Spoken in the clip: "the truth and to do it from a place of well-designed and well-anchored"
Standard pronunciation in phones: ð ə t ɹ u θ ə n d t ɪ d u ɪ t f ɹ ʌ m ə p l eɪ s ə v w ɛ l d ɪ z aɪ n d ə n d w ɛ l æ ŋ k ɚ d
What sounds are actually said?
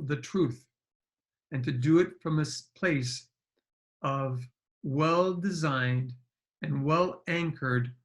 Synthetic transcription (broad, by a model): ð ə t ɹ u θ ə n t ɪ d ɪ ɪ t f ɹ ʌ m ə p l eɪ s ə v w ɛ l d ɪ z aɪ n d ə n w ɛ l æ ŋ k ɚ d